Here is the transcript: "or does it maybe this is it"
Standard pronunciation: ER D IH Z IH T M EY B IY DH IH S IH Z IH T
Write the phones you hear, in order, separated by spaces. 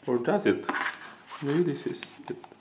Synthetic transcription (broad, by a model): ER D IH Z IH T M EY IY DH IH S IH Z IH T